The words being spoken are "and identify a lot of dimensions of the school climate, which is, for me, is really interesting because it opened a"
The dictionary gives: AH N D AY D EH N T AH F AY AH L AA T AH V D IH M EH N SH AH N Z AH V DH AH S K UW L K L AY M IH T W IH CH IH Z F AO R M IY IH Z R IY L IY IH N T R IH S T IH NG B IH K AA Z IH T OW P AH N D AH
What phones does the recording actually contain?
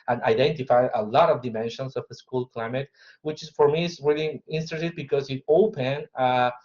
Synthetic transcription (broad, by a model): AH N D AY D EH N T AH F AY AH L AA T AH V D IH M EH N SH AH N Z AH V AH S K UW L K L AY M IH T W IH CH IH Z F AO R M IY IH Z R IY L IY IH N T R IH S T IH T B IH K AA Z IH T OW P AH N AH